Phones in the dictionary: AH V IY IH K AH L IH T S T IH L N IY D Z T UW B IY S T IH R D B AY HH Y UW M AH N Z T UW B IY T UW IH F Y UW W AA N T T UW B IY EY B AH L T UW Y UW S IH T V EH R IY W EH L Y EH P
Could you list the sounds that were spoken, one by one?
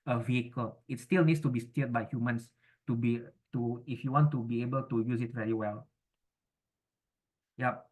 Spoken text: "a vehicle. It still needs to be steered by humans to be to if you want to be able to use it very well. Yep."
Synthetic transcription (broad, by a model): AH V IY IH K AH L IH T S T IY L N IY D S T UW B IY S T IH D B AY HH Y UW M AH N S T UW B IY T UW IH F Y UW W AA N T T UW B IY EY B AH L T UW Y UW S IH T V EH R IY W EH L Y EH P